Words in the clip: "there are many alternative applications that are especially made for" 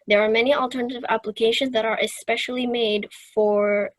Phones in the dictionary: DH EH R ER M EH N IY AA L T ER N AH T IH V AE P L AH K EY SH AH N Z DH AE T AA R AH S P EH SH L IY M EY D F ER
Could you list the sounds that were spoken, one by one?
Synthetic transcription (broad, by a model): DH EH R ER M EH N IY AA L T ER N AH T IH V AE P L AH K EY SH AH N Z DH AE T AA R AH S P EH SH L IY M EY D F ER